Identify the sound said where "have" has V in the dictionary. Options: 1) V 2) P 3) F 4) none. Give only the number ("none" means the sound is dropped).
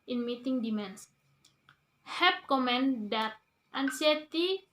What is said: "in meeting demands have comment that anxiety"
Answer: 2